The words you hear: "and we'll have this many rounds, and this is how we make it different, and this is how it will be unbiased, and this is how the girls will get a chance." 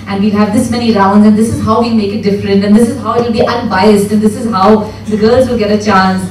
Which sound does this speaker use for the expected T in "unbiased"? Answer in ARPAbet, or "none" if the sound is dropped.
T